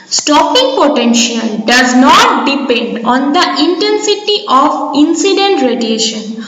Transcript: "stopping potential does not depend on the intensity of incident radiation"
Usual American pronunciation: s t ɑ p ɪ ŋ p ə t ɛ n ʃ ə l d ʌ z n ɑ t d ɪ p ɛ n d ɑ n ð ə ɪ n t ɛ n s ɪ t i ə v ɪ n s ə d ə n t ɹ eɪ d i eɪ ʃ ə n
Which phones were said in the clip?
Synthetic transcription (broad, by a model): s t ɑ p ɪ ŋ p ə t ɛ n ʃ ə l d ʌ z n ɑ t d ɪ p ɛ n d ɑ n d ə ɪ n t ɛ n s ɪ t i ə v ɪ n s ə d ə n t ɹ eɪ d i eɪ ʃ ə n